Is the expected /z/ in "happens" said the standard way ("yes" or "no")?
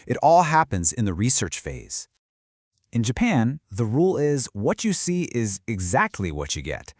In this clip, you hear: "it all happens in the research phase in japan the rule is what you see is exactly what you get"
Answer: yes